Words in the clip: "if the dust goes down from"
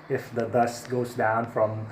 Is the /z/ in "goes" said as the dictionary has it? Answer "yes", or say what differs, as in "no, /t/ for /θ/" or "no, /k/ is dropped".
yes